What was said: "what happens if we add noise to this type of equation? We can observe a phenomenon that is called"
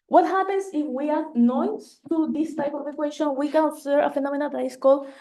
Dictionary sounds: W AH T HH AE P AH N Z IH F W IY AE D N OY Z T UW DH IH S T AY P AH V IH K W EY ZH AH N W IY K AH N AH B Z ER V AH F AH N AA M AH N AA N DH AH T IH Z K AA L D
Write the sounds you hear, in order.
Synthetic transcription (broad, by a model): W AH T HH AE P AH N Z IH F W IY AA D N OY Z T UW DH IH S T AY P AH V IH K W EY SH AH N W IY K AH N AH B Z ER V AH F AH N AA M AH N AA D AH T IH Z K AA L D